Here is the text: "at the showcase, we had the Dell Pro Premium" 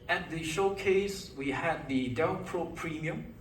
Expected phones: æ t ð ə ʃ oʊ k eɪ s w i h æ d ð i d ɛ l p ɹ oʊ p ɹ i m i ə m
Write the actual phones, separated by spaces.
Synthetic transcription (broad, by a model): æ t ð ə ʃ oʊ k eɪ s w i h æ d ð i d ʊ n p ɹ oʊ p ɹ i m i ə m